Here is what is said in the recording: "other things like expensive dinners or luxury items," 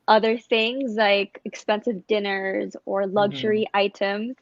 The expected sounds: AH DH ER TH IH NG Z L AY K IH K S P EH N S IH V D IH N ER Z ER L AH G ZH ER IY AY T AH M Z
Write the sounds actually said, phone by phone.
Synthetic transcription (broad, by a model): AH DH ER TH IH NG Z L AY K IH K S P EH N S IH V D IH N ER Z ER L AH G ZH ER IY AY T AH M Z